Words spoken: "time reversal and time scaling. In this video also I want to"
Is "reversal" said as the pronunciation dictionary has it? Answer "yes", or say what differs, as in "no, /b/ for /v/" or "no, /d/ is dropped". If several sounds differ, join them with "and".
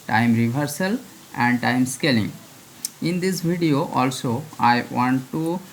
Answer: no, /b/ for /v/